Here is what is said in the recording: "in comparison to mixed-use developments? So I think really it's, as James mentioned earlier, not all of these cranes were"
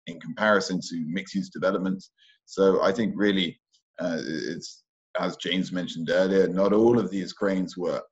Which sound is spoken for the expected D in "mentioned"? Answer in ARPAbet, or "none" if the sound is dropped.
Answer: D